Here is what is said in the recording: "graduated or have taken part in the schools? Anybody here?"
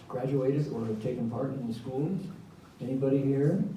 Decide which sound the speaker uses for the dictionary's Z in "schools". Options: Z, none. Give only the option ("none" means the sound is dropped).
none